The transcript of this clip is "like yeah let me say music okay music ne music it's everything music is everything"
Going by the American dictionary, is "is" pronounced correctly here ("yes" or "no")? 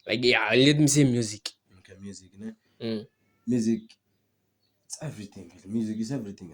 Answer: no